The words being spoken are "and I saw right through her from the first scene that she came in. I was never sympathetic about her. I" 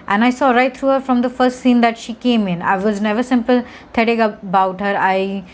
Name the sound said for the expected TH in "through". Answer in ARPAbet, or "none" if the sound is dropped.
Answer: T